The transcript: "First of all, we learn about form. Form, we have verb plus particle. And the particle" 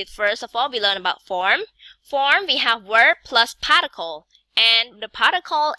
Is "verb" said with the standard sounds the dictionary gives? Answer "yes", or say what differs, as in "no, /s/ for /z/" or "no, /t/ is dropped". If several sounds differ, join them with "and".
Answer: no, /w/ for /v/